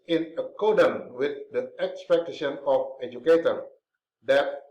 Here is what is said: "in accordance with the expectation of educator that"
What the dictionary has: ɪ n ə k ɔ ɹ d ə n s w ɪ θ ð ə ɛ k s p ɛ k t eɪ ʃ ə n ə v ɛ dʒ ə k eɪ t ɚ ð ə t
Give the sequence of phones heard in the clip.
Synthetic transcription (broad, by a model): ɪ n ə k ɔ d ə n w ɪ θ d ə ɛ k s p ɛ k t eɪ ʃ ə n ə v ɛ dʒ ə k eɪ t ɚ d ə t